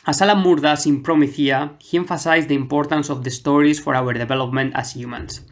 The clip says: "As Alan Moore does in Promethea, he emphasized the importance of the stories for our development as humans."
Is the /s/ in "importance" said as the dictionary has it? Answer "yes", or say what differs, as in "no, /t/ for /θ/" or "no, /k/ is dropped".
yes